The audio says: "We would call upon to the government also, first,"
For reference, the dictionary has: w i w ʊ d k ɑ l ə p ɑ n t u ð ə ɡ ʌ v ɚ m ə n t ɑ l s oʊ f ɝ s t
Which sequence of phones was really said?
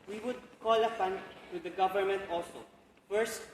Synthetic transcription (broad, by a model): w i w ʊ d k ɑ l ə f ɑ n t u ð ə ɡ ʌ v ɚ m ə n t ɑ l s oʊ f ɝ s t